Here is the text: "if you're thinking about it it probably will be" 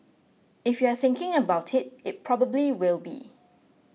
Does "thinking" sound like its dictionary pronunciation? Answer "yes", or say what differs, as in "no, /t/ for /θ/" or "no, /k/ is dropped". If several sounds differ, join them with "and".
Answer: yes